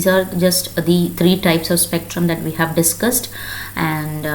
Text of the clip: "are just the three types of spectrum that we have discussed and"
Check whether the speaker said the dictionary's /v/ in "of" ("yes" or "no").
yes